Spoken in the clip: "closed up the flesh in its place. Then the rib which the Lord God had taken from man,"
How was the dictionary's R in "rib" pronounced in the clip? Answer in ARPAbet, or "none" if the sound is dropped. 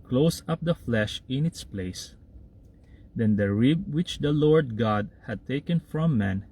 R